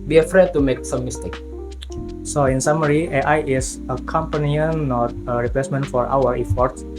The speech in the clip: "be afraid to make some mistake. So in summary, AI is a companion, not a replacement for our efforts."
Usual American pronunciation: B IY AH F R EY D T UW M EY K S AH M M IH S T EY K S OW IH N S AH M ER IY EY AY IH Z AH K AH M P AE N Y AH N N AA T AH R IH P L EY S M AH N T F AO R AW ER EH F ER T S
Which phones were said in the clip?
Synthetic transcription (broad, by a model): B IY AH F R EY D T UW M EY K S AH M M IH S T EY K S OW IH N S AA M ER IY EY AY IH S AH K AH M P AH N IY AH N N AA T AH R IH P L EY S M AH N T F AO R AW ER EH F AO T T